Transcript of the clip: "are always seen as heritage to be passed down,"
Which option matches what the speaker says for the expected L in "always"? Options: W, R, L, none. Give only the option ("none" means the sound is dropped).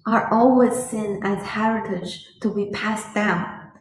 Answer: L